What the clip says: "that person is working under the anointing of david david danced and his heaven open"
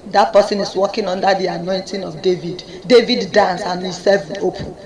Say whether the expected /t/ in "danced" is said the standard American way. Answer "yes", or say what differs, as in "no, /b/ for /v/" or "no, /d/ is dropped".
no, /t/ is dropped